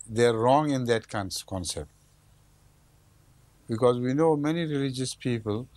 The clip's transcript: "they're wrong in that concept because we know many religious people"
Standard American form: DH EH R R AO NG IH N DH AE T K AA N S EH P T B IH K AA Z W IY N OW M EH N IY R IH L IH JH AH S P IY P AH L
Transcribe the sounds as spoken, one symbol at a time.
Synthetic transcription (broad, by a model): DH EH R R AO NG IH N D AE T K AA N S EH P T B IH K AA Z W IY N OW M EH N IY R IH L IH JH AH S P IY P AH L